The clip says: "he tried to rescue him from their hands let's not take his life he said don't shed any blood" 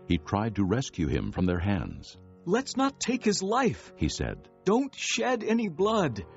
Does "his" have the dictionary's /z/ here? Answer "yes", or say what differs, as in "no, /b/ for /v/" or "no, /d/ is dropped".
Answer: yes